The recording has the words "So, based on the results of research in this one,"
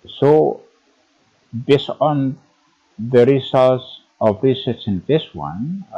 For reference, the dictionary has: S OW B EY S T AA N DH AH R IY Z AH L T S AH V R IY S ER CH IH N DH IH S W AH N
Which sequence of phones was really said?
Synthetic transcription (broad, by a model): S OW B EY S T AA N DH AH R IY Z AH L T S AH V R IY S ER S IH N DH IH S W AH N